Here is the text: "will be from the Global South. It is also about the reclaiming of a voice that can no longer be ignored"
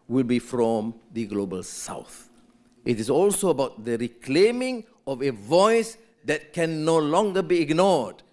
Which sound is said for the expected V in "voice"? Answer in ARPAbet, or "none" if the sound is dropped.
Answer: V